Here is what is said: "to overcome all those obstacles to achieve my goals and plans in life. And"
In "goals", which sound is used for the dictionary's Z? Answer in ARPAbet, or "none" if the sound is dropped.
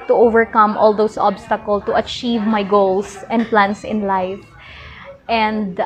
S